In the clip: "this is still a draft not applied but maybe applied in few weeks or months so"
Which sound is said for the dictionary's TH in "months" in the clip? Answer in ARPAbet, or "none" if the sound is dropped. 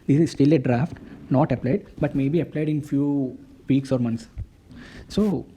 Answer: T